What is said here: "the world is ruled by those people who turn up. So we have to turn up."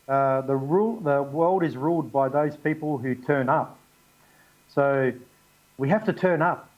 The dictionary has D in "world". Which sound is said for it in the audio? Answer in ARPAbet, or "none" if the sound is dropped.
D